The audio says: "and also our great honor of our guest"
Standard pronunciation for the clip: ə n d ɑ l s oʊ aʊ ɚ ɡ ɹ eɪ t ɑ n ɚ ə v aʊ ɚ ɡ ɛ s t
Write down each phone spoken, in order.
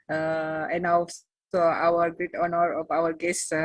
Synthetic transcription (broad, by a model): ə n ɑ s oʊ aʊ ɚ ɡ ɹ eɪ t ɑ n ɚ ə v aʊ ɚ ɡ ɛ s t